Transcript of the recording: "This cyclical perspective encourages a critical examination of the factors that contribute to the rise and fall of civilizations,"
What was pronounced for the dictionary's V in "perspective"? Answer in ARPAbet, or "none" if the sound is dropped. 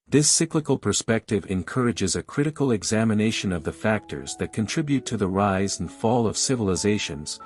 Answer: V